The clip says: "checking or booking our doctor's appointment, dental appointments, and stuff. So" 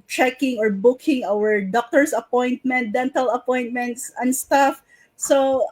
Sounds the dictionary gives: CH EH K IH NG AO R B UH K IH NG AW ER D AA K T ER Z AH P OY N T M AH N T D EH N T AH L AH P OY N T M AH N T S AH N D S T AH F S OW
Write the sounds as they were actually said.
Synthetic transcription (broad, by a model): CH EH K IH NG AO R B UH K IH NG AW ER D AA K T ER S AH P OY N T M AH N T D EH N T AH L AH P OY N T M AH N T S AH N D S T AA F S OW